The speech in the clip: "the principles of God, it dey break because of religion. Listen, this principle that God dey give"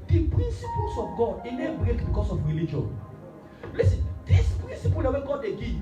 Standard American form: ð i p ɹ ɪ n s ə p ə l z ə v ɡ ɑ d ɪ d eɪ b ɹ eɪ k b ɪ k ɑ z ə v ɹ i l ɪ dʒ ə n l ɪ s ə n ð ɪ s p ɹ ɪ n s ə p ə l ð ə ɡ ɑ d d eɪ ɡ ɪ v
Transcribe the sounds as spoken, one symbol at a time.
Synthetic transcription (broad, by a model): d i p ɹ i n s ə p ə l s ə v ɡ ɑ d ɪ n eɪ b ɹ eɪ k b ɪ k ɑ s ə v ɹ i l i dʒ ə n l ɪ s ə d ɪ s p ɹ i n s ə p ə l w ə ɡ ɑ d d eɪ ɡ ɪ